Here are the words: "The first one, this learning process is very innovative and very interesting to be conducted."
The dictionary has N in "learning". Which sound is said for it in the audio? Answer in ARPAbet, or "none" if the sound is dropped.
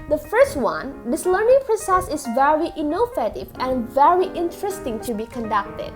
N